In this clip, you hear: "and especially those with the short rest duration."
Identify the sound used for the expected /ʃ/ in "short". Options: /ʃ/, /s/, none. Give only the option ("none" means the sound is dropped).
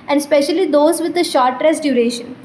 /ʃ/